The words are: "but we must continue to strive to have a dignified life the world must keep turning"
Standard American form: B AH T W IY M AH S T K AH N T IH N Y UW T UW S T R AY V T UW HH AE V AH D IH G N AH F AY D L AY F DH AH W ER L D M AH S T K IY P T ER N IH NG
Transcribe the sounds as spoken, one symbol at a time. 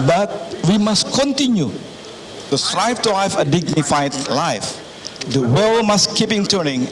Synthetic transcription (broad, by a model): B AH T W IY M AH S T K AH N T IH N Y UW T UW S T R AY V T UW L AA F AH D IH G N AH F AY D L AY F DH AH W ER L M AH S K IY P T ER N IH NG